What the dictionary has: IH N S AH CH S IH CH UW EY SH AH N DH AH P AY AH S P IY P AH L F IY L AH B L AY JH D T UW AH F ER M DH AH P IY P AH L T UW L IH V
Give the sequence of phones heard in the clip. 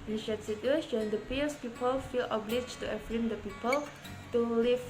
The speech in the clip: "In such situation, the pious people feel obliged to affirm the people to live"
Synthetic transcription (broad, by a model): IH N SH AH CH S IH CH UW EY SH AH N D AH P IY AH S P IY P AH L F IY L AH B L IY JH T UW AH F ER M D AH P IY P AH L T UW L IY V